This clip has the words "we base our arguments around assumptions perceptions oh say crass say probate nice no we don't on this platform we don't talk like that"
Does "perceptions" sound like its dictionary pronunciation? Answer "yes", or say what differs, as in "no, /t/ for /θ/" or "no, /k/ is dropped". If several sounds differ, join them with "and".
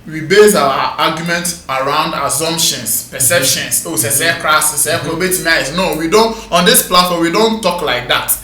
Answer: no, /s/ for /z/